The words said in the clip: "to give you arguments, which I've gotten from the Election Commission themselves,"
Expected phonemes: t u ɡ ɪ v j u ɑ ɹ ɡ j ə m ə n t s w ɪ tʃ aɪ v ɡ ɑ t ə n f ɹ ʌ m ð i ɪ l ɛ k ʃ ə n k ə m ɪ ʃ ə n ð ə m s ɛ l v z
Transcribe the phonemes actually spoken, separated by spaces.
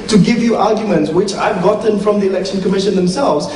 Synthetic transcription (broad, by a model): t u ɡ ɪ v j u ɑ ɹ ɡ j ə m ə n t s w ɪ tʃ aɪ v ɡ ɑ t ə n f ɹ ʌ m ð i ɪ l ɛ k ʃ ə n k ə m ɪ ʃ ə n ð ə m s ɛ l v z